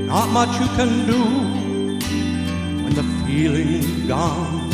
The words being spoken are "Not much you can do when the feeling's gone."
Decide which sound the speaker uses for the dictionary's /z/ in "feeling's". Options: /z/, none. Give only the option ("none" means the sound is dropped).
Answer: none